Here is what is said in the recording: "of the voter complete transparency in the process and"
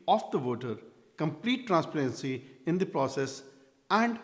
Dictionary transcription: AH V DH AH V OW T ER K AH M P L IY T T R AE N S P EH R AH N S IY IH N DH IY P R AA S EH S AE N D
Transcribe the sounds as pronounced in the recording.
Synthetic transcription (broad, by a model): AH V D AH V OW T ER K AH M P L IY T T R AE N S P EH R AH N S IY IH N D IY P R AA S EH S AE N D